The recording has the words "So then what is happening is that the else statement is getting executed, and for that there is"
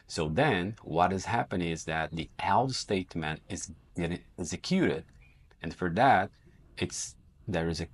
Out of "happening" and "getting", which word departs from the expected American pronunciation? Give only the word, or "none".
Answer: happening